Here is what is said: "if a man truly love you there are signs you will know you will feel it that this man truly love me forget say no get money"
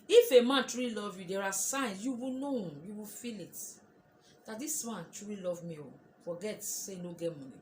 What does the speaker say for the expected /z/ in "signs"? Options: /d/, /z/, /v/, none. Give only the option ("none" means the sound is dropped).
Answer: none